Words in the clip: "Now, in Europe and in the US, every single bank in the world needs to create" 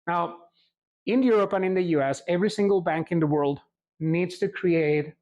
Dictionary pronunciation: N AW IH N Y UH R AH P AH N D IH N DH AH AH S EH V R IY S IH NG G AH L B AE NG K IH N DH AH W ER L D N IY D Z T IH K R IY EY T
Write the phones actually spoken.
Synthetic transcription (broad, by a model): N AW IH N Y UH R AH P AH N IH N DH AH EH S EH V R IY S IH NG G AH L B AE NG K IH N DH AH W ER L D N IY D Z T IH K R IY EY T